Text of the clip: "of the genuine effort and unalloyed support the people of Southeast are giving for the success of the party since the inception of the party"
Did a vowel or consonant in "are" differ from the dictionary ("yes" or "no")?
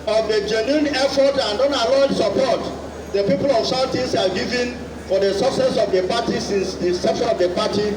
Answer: yes